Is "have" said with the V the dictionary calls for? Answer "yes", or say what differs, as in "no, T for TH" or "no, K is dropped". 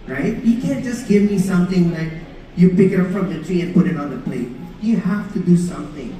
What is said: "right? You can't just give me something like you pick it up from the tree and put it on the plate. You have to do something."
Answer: no, F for V